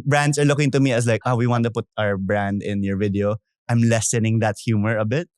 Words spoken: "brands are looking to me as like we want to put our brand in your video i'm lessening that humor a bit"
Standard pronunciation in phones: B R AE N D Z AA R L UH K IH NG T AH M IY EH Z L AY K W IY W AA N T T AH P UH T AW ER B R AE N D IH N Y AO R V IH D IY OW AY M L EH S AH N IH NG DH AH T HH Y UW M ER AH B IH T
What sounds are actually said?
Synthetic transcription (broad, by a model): B R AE N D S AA R L UH K IH NG T AH M IY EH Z L AY K W IY W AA N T T AH P UH T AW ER B R AE N D IH N Y AO R V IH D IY OW AY M L EH S AH N IH NG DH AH T HH Y UW M ER AH B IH T